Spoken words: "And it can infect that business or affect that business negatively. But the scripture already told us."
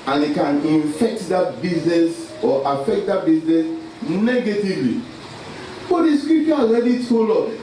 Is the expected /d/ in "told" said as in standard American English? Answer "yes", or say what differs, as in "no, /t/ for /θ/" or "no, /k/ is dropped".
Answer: no, /d/ is dropped